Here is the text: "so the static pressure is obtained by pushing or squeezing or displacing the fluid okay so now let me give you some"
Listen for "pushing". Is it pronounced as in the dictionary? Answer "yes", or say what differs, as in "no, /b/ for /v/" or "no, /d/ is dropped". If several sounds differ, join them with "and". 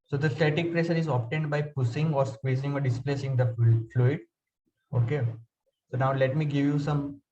no, /s/ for /ʃ/